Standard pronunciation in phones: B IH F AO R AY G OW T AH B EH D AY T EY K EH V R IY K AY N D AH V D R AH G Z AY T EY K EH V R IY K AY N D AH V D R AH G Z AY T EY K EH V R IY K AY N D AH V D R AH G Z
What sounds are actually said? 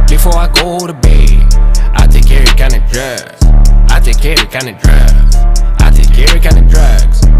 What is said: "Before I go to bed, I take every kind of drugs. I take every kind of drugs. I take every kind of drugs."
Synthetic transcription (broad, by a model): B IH F AO R AY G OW T AH B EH AY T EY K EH R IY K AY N AH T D R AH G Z AY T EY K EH R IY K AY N AH D R AH G Z AY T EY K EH R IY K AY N AH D R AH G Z